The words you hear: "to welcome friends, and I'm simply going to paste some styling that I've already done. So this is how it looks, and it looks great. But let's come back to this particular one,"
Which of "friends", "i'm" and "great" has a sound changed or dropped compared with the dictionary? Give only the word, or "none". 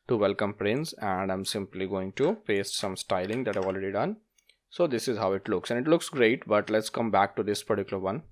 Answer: friends